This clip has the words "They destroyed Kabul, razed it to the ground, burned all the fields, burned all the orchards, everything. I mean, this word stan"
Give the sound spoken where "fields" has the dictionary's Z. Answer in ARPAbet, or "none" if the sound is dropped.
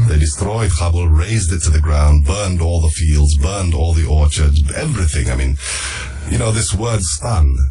Z